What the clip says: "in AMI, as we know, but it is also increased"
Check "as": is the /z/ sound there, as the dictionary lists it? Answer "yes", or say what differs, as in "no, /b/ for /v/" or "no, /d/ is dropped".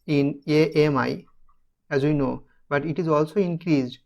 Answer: yes